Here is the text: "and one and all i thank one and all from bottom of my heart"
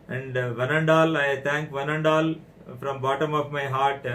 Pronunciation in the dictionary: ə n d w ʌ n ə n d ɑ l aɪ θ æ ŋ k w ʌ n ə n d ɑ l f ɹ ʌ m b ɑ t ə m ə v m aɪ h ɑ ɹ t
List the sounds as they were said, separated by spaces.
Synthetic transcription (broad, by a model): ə n d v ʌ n ə n d ɑ l aɪ t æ ŋ k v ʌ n ə n d ɑ l f ɹ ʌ m b ɑ t ə m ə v m aɪ h ɑ ɹ t